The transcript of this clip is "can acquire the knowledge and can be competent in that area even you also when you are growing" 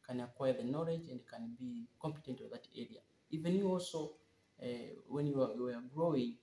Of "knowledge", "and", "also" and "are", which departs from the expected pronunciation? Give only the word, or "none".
are